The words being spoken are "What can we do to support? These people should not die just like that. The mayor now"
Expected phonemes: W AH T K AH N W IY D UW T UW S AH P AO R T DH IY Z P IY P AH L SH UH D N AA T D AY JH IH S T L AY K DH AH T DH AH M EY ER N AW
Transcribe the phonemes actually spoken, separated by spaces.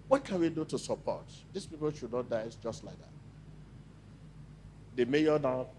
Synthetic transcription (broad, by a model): W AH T K AH N W IY D UW T UW S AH P AO T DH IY S P IY P AH L SH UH D N AA T D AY JH IH S T L AY K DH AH T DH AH M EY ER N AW